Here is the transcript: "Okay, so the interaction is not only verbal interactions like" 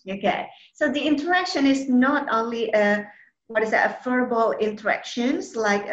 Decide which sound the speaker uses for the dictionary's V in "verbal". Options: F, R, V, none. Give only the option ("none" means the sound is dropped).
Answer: F